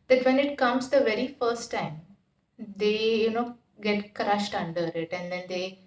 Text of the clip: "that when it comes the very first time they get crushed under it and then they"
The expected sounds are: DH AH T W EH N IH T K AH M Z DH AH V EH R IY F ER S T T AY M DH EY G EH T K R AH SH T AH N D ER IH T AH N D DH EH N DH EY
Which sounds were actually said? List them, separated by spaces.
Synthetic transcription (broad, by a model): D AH T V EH N IH T K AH M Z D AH V EH R IY F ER S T T AY M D EY G EH T K R AH SH T AH N D ER IH T AH N D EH N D EY